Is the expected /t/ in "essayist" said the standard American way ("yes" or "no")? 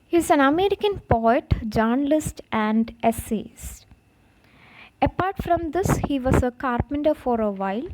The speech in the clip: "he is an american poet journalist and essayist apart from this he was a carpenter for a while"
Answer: no